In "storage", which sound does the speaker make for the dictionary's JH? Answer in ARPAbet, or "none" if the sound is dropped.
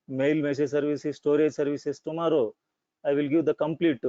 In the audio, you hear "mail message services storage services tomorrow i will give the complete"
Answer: JH